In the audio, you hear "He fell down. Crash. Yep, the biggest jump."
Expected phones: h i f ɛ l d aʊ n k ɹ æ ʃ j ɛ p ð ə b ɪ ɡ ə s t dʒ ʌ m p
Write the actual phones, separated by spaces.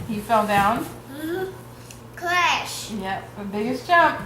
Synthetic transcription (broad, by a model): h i f ɛ l d aʊ n k l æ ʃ j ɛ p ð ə b ɪ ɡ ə s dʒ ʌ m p